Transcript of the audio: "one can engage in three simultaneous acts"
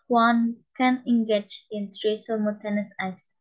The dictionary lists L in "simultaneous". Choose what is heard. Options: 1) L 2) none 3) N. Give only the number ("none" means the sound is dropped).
2